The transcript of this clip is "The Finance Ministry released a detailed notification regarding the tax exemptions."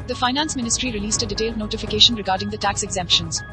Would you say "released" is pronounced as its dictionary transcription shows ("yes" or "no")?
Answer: yes